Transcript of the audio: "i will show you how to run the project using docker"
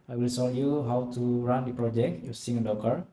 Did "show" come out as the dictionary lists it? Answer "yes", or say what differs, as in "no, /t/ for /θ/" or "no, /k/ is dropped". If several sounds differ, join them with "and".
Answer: no, /s/ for /ʃ/